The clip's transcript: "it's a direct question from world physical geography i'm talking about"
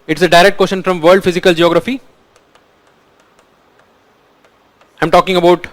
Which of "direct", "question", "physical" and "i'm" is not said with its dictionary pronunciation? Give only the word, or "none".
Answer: question